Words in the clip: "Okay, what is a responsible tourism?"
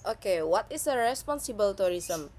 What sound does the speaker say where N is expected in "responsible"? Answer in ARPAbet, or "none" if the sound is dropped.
N